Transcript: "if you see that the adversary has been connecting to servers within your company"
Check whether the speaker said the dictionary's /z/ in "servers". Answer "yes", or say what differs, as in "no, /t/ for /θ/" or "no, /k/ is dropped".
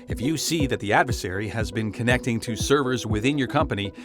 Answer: yes